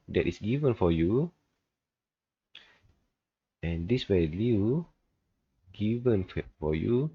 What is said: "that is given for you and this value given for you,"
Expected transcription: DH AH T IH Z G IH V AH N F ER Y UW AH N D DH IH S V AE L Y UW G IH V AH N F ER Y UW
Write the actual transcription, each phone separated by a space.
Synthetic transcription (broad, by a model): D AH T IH S G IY V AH N F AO Y UW AH N D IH S W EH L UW G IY V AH N F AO Y UW